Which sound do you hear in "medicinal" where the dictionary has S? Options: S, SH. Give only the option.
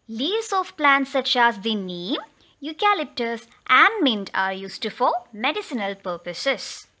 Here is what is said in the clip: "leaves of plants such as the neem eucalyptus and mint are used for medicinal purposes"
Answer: S